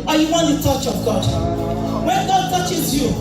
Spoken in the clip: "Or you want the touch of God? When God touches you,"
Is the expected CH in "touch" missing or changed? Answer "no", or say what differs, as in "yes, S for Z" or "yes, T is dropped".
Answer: no